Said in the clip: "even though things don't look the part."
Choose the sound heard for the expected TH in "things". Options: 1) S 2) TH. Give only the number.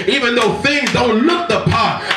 2